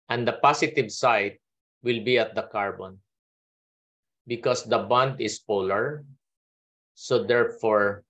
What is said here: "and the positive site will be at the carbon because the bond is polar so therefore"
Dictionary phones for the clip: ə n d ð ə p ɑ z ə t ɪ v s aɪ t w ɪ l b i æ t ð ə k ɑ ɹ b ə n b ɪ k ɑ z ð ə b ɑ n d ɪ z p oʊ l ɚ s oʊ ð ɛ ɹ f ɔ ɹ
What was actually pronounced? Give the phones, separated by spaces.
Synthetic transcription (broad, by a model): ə n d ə p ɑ s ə t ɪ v s aɪ t w ɪ l b i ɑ t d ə k ɑ ɹ b ə n b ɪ k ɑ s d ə b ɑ n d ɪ s p oʊ l ɚ s oʊ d ɛ ɹ f ɔ ɹ